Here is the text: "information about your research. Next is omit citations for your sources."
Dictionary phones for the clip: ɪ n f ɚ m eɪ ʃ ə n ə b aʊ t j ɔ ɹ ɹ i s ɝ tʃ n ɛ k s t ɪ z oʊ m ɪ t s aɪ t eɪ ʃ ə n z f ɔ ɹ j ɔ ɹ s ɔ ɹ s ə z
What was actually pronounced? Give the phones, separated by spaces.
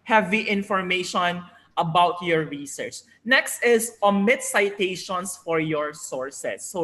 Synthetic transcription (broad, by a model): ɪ n f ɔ m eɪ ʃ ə n ə b aʊ t j ɔ ɹ ɹ i s ɝ tʃ n ɛ k s t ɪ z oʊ m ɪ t s aɪ t eɪ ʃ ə n s f ɔ ɹ j ɔ ɹ s ɔ ɹ s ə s